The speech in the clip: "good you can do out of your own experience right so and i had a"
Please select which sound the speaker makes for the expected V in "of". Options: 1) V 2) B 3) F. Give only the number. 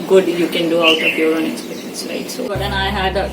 2